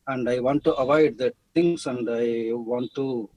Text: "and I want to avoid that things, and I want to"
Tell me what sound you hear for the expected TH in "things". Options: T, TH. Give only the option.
T